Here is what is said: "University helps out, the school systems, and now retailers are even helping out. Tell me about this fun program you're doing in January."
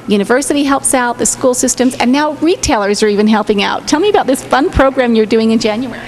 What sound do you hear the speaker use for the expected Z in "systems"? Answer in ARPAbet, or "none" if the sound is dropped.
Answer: Z